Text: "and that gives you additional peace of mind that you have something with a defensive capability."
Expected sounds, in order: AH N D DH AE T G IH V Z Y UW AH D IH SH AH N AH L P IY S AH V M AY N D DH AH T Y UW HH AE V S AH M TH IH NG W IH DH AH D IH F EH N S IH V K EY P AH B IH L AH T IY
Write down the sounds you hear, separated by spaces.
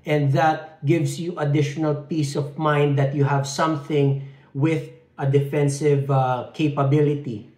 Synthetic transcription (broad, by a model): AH N D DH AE T G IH V S Y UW AH D IH SH AH N AH L P IY S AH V M AY N D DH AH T Y UW HH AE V S AH M TH IH NG W IH DH AH D IH F EH N S IH V K EY P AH B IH L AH T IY